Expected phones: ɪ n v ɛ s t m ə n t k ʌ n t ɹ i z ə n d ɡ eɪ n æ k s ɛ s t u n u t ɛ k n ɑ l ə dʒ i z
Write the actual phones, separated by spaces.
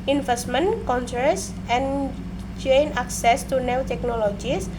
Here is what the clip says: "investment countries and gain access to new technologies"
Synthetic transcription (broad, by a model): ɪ n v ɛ s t m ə n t k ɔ n s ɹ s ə n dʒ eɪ n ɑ k s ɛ s t u n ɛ t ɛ k n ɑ l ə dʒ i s